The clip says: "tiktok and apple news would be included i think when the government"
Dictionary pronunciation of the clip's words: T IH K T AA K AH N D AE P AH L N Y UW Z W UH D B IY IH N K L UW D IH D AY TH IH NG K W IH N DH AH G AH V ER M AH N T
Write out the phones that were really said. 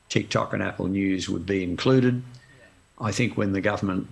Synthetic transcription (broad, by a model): T IH K T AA K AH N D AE P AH L N Y UW Z W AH D B IY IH N K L UW D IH D AY TH IH NG K W IH N DH AH G AH V ER M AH N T